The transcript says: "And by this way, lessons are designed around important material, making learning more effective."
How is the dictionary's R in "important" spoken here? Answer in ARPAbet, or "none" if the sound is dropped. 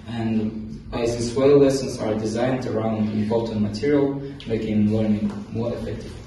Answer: L